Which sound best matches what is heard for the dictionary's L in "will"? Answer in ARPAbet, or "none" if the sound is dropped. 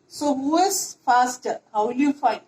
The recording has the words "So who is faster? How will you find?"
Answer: L